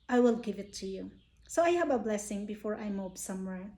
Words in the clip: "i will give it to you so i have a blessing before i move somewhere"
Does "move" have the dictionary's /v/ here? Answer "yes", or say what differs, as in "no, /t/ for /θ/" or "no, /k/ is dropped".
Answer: no, /b/ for /v/